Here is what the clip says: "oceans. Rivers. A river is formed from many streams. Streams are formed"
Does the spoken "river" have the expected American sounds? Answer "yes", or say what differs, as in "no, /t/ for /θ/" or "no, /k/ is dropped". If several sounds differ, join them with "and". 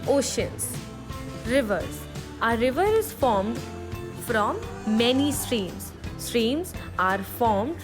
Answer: yes